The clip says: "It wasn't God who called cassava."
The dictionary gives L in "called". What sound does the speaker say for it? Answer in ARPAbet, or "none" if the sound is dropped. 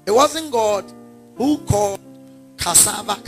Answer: none